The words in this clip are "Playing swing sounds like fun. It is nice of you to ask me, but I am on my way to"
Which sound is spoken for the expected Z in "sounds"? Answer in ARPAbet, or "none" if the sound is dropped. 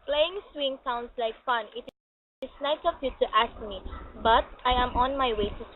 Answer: S